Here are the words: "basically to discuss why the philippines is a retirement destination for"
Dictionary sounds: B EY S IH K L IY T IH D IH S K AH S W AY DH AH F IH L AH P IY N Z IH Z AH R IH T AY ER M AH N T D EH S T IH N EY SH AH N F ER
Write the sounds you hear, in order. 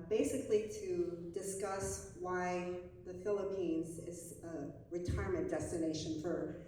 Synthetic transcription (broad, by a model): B EY S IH K L IY T IH D IH S K AH S W AY DH AH F IH L AH P IY N Z IH Z AH R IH T AY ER M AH N D EH S T IH N EY SH AH N F ER